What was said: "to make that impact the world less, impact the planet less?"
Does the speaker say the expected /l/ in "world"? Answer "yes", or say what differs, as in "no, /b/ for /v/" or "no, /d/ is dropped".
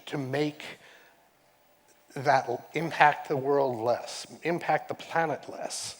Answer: yes